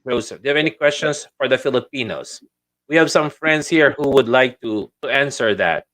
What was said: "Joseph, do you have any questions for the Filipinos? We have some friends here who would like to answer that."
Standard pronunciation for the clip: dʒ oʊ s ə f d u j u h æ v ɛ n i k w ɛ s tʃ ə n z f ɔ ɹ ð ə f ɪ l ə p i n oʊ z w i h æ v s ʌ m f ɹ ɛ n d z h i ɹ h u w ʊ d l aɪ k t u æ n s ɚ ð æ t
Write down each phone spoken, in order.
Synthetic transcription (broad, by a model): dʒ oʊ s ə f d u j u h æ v ɛ n i k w ɛ s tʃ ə n s f ɔ ɹ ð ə f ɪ l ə p i n oʊ s w i h æ v s ʌ m f ɹ ɛ n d s h i ɹ h u w ʊ d l aɪ k t u æ n s ɚ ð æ t